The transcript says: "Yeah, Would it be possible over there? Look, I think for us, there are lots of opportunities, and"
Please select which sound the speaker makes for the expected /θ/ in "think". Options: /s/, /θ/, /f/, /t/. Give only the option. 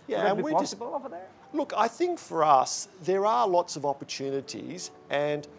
/θ/